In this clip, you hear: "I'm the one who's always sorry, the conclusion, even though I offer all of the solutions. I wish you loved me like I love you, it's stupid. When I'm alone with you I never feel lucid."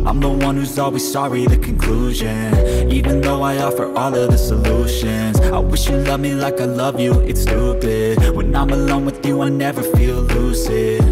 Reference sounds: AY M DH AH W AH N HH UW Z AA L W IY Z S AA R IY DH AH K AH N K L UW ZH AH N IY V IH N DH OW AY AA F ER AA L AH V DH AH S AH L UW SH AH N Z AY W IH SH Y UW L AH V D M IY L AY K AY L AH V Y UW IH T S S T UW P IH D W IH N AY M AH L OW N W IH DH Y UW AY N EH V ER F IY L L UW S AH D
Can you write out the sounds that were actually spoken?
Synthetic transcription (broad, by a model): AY M DH AH W AH N HH UW Z AA L W IY Z S AA R IY DH AH K AH N K L UW ZH AH N IY V IH N DH OW AY AA F ER AA L AH V DH AH S AH L UW SH AH N Z AY W IH SH Y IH L AH V M IY L AY K AY L AH V Y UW IH T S S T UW B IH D W IH N AY M AH L OW N W IH DH Y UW AY N EH V ER F IY L L UW S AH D